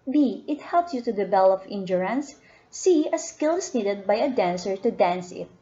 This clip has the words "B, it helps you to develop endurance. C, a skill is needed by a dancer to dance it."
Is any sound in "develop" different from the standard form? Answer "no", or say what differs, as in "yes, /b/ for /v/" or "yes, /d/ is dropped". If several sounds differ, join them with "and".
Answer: yes, /b/ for /v/